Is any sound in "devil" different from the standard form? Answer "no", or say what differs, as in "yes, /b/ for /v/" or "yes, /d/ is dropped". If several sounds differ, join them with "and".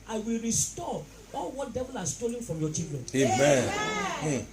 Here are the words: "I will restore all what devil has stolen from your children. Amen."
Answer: no